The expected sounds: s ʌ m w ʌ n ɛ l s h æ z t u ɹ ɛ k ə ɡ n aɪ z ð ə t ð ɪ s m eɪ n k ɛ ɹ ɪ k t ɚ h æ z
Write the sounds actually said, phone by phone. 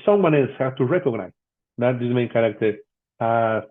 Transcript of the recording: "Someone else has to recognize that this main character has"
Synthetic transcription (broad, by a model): s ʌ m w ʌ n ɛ n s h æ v t u ɹ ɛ k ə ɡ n aɪ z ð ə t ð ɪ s m eɪ n k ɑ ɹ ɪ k t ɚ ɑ